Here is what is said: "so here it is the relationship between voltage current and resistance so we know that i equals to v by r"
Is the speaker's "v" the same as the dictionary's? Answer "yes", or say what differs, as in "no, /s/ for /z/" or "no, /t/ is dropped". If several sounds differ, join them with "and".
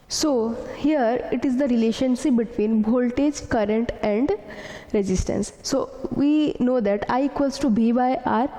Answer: no, /b/ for /v/